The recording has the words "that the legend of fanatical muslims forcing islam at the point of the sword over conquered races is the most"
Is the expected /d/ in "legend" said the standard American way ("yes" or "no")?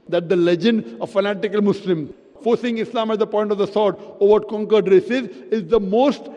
yes